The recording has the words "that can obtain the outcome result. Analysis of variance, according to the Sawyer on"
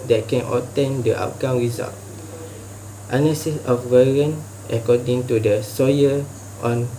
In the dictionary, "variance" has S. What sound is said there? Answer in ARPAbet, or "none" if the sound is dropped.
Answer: none